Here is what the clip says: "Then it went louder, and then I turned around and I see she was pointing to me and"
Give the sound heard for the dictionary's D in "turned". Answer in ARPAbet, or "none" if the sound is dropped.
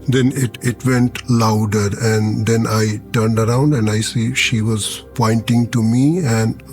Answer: D